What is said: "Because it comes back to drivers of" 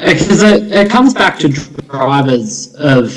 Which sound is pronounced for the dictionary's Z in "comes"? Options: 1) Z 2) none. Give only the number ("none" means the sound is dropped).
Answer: 1